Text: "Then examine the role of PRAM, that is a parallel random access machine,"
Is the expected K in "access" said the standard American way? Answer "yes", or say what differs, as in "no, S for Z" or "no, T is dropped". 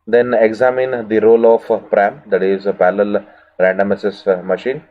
no, K is dropped